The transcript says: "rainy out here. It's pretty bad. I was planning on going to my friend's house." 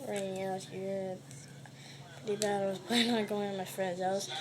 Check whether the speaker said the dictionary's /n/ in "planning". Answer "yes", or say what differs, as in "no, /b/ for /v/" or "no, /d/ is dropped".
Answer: no, /n/ is dropped